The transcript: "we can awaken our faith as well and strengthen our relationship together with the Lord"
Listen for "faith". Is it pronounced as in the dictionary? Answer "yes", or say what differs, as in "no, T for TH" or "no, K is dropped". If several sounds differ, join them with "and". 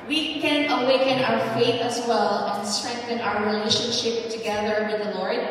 yes